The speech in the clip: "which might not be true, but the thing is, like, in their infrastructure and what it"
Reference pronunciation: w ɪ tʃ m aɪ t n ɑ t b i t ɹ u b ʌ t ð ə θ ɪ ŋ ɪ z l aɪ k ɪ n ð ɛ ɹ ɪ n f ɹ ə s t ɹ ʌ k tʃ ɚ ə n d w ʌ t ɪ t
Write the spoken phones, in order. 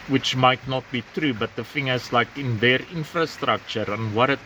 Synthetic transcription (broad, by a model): w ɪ tʃ m aɪ t n ɑ t b i t ɹ u b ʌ t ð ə f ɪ ŋ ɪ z l aɪ k ɪ n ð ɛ ɹ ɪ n f ɹ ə s t ɹ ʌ k tʃ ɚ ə n w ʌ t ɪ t